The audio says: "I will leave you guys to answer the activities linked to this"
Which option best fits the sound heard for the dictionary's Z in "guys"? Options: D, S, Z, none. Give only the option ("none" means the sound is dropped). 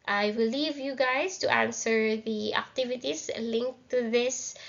S